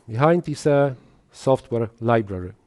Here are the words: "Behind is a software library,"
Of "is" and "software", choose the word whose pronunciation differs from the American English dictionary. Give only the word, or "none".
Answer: is